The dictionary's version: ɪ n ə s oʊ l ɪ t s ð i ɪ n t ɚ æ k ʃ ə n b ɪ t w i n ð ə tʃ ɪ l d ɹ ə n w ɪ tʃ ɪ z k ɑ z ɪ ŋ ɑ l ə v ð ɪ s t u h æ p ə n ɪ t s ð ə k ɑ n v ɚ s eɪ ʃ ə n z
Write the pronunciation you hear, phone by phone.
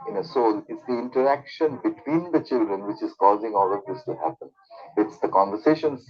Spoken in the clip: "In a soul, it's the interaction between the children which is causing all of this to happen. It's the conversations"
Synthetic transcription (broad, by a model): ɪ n ə s oʊ l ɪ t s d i ɪ n t ɚ æ k ʃ ə n b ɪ t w i n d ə tʃ ɪ l d ɹ ə n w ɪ tʃ ɪ z k ɑ z ɪ ŋ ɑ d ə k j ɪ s t u h æ p ə n ɪ t s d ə k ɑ n v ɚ s eɪ ʃ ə n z